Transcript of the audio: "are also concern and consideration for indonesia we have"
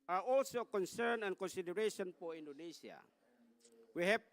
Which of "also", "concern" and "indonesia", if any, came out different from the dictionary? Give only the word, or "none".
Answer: indonesia